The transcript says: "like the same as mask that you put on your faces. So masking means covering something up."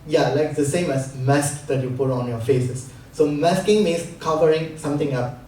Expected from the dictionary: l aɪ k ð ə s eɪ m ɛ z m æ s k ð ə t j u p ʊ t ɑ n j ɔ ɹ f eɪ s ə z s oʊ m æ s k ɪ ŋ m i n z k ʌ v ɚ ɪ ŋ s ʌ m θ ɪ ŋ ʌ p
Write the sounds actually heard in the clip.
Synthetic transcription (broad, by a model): l aɪ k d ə s eɪ m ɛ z m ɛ s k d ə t j u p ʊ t ɑ n j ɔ f eɪ s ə s oʊ m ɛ s k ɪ ŋ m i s k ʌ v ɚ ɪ ŋ s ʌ m t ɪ ŋ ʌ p